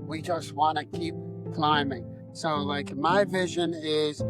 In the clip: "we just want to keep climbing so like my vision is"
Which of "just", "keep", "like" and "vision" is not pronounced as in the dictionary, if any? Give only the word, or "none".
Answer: none